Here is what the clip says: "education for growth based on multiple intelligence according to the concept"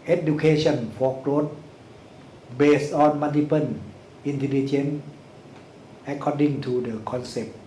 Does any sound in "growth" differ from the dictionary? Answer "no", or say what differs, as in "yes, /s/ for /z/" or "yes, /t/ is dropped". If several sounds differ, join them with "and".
yes, /t/ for /θ/